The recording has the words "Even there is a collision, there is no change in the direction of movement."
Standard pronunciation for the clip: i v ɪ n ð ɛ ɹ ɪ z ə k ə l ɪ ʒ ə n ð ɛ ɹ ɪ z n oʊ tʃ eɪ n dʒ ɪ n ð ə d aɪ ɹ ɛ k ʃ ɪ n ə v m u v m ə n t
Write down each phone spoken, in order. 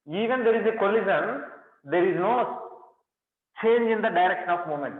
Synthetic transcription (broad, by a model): i v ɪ n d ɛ ɹ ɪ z ə k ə l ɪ z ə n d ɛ ɹ ɪ z n oʊ tʃ eɪ n dʒ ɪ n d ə d aɪ ɹ ɛ k ʃ ɪ n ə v m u m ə n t